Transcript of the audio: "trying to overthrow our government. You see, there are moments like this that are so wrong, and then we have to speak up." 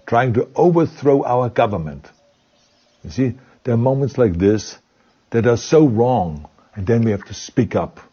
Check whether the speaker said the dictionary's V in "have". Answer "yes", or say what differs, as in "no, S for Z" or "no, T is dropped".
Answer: no, F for V